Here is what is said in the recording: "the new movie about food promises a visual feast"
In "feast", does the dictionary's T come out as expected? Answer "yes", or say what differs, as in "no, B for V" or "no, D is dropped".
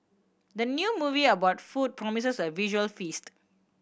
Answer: yes